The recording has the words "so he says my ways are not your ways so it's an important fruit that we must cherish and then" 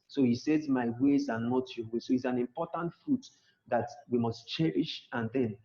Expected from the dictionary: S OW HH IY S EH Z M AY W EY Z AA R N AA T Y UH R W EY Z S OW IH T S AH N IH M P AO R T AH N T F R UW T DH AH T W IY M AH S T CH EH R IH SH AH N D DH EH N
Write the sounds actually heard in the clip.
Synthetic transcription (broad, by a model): S OW HH IY S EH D M AY W EY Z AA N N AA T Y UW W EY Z S OW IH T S AH N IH M P AO T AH N T F R UW T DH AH T W IY M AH S T CH EH R IH SH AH N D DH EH N